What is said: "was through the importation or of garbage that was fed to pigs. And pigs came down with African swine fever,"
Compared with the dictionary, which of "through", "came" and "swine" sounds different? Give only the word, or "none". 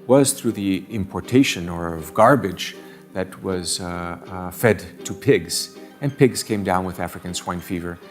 none